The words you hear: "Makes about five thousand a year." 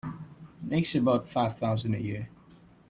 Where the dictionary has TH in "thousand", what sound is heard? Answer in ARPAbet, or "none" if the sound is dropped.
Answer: TH